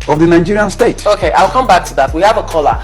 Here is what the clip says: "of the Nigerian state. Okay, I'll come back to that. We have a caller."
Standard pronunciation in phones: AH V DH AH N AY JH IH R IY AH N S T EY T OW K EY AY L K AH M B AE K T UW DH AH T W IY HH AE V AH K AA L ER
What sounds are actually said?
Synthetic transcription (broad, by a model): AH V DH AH N AY JH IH R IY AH N S T EY T OW K EY AY L K AH M B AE K T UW DH AH T W IY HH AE V AH K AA L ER